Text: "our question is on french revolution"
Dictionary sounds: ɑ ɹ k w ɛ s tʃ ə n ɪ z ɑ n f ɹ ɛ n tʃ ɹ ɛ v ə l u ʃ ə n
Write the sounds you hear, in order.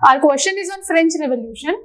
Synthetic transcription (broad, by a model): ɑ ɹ k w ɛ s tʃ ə n ɪ z ɑ n f ɹ ɛ n tʃ ɹ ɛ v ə l u ʃ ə n